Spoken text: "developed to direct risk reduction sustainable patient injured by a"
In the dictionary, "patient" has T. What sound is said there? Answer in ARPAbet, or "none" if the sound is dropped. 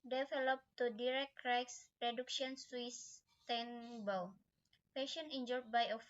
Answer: none